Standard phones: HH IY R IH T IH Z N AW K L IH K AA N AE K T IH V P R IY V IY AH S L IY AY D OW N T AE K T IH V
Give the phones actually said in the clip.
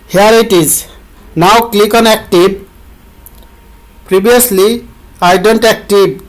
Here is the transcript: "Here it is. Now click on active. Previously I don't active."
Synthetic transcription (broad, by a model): HH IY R IH T IH Z N AW K L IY K AA N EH K T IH B P R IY B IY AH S L IY AY D OW N T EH K T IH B